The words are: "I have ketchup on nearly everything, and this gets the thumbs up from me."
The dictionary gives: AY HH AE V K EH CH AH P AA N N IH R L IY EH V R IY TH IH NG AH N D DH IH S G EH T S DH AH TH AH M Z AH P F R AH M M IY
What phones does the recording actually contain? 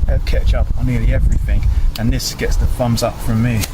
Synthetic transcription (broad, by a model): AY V K EH CH AH P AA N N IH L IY EH V R IY TH IH NG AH N DH IH S G EH T S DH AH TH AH M Z AH P F R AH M M IY